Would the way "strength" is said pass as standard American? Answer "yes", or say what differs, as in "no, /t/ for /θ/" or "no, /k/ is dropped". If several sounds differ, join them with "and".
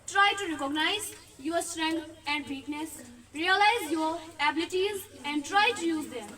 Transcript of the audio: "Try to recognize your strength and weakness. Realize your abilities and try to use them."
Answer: no, /t/ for /θ/